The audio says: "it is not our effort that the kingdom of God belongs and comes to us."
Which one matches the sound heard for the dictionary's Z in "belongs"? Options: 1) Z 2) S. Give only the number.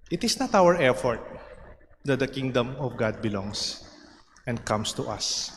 2